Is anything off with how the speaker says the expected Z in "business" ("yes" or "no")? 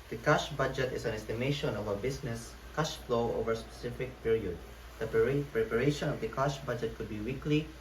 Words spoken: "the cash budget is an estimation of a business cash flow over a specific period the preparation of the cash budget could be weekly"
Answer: yes